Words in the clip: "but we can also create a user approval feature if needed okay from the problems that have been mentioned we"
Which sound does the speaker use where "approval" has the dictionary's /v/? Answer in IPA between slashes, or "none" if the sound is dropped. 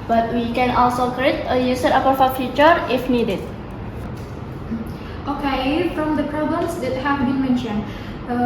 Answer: /f/